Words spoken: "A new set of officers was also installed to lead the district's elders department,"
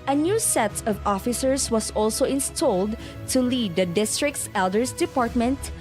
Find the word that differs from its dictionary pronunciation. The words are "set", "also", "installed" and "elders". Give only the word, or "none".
elders